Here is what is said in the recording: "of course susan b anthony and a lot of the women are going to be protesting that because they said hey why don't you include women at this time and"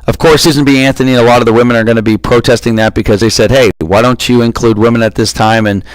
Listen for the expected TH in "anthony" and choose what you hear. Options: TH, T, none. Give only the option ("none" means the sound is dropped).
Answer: TH